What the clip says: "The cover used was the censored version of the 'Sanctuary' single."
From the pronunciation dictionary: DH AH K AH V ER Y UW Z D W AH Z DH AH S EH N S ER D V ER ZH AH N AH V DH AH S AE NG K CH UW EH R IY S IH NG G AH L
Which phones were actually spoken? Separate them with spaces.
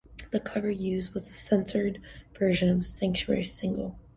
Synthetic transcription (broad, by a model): DH AH K AH V ER Y UW Z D W AH Z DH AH S EH N S ER D V ER ZH AH N AH V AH S AE NG K CH UW EH R IY S IH NG G L